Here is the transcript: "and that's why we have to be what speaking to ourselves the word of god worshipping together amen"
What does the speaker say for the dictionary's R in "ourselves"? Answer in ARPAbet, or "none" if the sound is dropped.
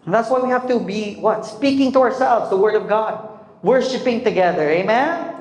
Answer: R